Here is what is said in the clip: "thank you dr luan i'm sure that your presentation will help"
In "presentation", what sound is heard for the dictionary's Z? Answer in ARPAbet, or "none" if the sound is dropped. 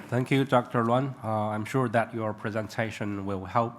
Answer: Z